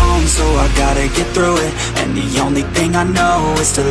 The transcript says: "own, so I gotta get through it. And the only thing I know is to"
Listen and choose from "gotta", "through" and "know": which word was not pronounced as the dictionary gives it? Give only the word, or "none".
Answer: none